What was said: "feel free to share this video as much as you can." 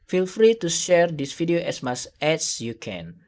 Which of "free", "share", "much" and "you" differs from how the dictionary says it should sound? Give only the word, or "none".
much